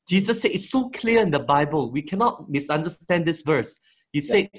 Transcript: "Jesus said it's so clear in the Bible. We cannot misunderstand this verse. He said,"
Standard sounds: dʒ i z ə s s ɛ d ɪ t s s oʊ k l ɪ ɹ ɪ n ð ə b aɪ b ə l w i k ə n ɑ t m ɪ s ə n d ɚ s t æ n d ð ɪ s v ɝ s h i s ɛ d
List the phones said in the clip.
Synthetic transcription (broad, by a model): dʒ i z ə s s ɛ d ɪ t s s oʊ k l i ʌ ɪ n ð ə b aɪ b ə l w i k ə n ɑ t m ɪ s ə n d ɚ s t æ n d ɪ s v ɝ s h i s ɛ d